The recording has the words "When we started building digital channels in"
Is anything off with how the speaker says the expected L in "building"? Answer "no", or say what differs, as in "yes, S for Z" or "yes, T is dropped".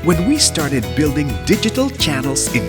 no